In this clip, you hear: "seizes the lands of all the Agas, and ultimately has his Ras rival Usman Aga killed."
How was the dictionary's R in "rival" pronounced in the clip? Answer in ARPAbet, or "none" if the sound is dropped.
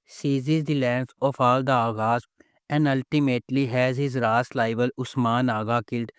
L